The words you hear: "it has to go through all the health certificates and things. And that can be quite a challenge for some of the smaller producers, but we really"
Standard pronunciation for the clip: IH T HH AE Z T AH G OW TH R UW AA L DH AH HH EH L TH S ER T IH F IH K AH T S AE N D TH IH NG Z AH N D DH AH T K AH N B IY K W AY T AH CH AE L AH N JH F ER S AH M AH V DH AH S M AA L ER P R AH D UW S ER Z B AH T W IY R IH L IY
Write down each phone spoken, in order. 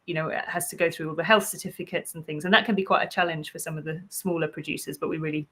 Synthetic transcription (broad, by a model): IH T HH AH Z T AH G OW TH R UW AA L DH AH HH EH L TH S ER T IH F IH K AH T S N TH IH NG Z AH N DH AH T K AH N B IY K W AY T AH CH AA L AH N ZH F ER S AH M AH V DH AH S M AA L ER P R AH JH UW S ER Z B AH T W IY R IH L IY